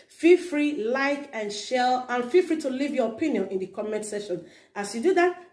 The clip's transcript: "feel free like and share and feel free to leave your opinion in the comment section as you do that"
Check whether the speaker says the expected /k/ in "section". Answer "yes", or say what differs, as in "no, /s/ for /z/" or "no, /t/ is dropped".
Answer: no, /k/ is dropped